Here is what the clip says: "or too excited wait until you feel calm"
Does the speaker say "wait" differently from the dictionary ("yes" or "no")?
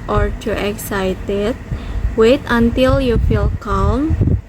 no